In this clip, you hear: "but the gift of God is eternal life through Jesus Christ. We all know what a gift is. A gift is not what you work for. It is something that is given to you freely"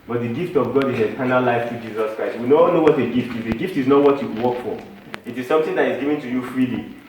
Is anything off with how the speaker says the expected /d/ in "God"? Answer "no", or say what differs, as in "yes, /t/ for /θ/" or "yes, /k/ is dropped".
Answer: no